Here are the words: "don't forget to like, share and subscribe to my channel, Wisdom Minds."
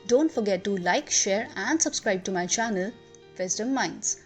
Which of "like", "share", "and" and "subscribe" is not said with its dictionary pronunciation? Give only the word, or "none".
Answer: none